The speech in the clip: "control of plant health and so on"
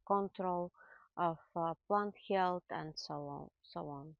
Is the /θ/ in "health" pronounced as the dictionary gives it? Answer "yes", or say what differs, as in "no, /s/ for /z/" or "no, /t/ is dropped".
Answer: no, /t/ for /θ/